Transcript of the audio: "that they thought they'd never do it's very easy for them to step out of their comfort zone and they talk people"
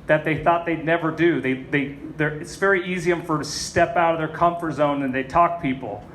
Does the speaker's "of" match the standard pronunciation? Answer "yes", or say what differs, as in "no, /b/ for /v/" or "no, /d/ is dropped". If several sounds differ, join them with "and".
yes